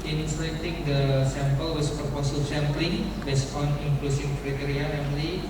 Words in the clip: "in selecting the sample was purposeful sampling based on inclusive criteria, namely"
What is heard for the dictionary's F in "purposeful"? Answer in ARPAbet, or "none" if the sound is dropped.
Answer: none